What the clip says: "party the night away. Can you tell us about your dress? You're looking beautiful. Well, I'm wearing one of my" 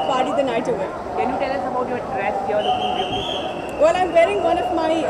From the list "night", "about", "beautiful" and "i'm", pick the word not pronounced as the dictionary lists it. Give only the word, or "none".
beautiful